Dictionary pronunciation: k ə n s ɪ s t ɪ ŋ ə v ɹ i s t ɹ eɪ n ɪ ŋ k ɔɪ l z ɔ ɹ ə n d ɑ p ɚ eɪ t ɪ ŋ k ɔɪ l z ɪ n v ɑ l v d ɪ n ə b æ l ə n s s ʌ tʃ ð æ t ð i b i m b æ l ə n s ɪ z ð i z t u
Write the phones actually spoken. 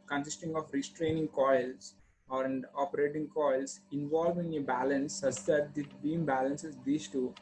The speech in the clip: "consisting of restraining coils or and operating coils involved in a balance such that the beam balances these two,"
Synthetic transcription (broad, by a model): k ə n s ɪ s t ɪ ŋ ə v ɹ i s t ɹ eɪ n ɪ ŋ k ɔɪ l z ɔ ɹ ə n d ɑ p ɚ eɪ t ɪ ŋ k ɔɪ l s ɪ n v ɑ l v ɪ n ə b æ l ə n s s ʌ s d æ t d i b i m b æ l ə n s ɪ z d i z t u